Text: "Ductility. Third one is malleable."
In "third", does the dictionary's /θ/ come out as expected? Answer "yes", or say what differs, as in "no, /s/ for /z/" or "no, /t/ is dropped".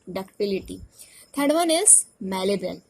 no, /t/ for /θ/